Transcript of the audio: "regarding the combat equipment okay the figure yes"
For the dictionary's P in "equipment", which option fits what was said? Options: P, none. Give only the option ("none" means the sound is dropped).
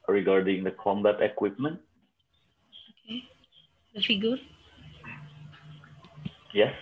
P